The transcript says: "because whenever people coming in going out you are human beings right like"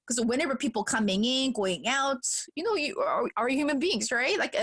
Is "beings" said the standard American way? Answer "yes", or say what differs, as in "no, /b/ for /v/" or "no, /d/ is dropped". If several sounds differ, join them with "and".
yes